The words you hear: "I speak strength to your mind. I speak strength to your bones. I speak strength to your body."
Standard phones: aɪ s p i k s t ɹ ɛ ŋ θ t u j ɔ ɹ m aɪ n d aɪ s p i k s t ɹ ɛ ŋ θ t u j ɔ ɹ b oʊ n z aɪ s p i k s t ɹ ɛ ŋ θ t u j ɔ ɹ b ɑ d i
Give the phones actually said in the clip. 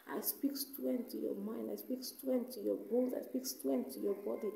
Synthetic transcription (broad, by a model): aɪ s p i k s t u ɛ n t u j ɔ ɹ m aɪ n d aɪ s p i k s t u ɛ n t u j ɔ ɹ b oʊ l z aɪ s p i k s t ɛ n t u j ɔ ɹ b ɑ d i